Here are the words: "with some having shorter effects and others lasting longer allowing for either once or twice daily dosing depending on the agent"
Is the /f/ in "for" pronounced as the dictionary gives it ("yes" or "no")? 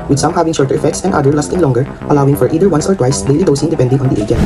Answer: yes